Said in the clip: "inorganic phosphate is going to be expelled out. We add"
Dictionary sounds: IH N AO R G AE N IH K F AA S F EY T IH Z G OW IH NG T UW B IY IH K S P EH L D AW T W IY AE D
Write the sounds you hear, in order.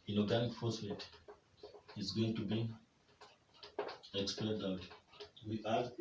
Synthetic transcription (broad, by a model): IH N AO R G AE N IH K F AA S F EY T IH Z G OW IH NG T UW B IY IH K S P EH D AW T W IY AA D